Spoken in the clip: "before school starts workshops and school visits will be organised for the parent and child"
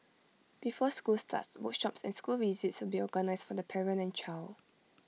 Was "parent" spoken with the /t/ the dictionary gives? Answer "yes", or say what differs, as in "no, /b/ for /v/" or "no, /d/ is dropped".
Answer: no, /t/ is dropped